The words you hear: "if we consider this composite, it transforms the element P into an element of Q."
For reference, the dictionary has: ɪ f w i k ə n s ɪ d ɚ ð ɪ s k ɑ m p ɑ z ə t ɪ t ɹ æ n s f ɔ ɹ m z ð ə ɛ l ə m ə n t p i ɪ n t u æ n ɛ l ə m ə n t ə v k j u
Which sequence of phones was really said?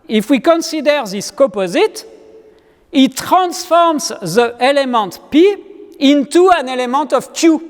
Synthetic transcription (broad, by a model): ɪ f w i k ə n s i d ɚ ð ɪ s k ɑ p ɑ z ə t ɪ t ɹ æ n s f ɔ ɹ m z ð ə ɛ l ə m ə n t p i ɪ n t u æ n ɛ l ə m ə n t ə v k j u